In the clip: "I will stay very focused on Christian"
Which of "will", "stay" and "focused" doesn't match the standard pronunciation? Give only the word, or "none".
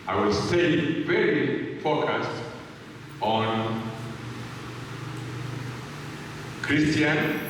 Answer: focused